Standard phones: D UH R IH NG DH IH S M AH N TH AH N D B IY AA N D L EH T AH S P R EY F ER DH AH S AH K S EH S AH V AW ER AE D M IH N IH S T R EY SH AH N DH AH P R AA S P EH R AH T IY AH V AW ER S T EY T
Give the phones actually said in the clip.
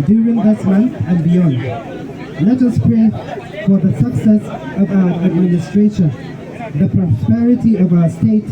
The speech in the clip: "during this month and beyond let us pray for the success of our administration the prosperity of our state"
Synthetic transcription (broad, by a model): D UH R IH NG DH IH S M AH N TH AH N B IY AA N D L EH T AH S P R EY F ER DH AH S AH K S EH S AH V AW ER AE D M IH N IH S T R EY SH AH N DH AH P R AA S P EH R AH T IY AH V AW ER S T EY T